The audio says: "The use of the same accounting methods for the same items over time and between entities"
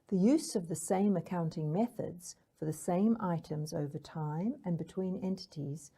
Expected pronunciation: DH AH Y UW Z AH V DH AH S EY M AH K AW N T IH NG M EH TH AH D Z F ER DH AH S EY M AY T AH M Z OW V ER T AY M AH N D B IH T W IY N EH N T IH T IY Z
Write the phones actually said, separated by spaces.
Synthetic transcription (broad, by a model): DH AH Y UW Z AH V DH AH S EY M AH K AW N T IH NG M EH TH AH D Z F ER DH AH S EY M AY T AH M Z OW V ER T AY M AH N B IH T W IY N EH N T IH T IY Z